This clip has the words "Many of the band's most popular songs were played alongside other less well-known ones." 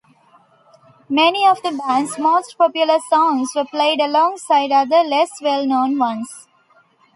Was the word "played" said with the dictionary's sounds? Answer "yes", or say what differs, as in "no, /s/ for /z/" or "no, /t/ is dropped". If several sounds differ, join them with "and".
yes